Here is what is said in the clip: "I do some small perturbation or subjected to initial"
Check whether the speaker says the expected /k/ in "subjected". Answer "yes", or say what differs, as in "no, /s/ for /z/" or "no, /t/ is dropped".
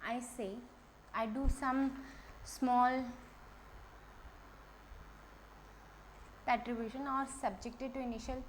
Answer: yes